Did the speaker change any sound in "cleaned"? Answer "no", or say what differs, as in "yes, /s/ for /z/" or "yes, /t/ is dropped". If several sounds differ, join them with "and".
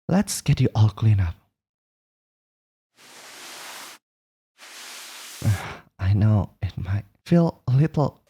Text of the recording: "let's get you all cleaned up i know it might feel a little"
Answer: yes, /d/ is dropped